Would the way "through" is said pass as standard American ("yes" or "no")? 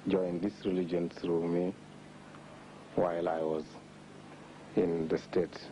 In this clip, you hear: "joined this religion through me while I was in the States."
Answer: no